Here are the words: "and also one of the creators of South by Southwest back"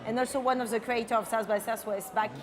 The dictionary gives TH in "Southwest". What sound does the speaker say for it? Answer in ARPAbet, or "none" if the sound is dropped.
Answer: S